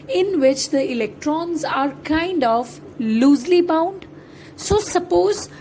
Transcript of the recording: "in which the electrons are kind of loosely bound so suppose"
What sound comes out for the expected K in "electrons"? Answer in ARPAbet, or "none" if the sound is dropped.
K